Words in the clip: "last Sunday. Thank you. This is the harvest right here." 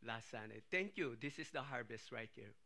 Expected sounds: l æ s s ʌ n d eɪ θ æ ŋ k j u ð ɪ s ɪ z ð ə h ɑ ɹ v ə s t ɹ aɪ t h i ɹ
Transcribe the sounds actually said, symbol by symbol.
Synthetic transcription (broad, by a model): l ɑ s s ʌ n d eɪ t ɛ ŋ k j u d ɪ s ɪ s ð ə h ɑ ɹ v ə s t ɹ aɪ t h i ɹ